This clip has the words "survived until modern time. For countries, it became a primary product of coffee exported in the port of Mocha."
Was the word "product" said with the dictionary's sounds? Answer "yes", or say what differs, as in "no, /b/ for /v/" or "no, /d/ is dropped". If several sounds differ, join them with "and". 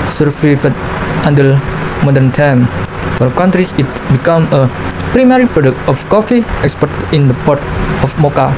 yes